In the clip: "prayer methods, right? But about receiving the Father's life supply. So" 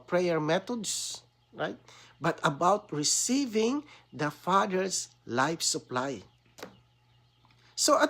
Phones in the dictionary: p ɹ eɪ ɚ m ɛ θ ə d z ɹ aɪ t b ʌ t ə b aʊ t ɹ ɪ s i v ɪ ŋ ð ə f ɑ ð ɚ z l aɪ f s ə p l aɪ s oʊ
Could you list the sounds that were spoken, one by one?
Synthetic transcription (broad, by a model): p ɹ eɪ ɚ m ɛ t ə d s ɹ aɪ t b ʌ t ə b aʊ t ɹ ɪ s i v ɪ ŋ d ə f ɑ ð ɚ s l aɪ f s ə p l aɪ s oʊ